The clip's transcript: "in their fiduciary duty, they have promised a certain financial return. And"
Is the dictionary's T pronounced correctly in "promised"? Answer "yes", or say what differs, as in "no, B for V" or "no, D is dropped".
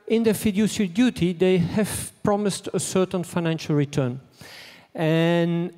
yes